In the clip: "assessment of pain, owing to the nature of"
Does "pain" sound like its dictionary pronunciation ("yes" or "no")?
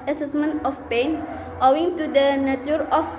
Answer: yes